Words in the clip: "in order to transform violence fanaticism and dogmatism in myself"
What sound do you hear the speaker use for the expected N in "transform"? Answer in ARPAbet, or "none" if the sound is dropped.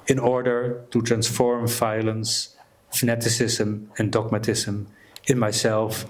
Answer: N